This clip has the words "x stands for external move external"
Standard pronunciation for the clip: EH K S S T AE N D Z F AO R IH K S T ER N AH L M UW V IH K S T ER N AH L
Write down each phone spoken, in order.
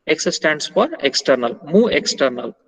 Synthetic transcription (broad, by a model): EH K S S T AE N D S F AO R IH K S T ER N AH L M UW IH K S T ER N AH L